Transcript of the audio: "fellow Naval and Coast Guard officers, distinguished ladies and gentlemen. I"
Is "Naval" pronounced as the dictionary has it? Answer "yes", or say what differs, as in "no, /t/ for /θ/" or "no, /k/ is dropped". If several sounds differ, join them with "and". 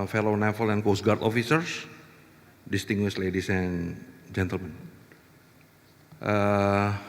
no, /f/ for /v/